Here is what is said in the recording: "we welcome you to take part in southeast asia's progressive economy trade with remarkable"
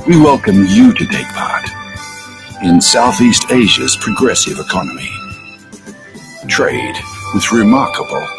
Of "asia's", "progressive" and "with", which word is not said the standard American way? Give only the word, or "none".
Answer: none